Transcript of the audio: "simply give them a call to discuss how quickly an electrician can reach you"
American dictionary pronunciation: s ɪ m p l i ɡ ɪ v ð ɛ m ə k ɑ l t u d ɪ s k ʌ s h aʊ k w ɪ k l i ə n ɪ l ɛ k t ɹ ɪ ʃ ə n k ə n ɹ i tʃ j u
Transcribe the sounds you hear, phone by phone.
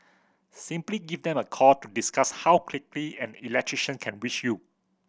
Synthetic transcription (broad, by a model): s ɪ m p l i ɡ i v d ɛ m ə k ɑ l t u d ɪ s k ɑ s h aʊ k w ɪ k l i ə n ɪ l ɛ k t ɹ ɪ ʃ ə n k ə n w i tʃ j u